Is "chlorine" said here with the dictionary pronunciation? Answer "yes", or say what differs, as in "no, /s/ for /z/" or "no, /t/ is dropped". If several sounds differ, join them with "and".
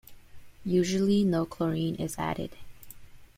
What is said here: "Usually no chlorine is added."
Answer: yes